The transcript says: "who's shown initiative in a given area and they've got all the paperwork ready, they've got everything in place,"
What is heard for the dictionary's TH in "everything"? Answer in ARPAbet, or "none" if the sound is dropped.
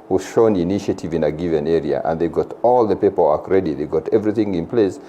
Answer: TH